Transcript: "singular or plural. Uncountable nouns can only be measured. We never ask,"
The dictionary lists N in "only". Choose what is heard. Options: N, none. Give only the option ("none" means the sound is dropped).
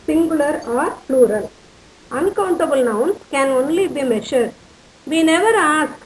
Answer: N